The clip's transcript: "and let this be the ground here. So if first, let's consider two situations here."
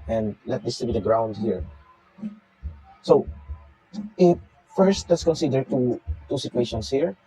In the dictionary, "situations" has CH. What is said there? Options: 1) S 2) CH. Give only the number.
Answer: 1